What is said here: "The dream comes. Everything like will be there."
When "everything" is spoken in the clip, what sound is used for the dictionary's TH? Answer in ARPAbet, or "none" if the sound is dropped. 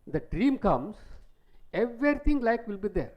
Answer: T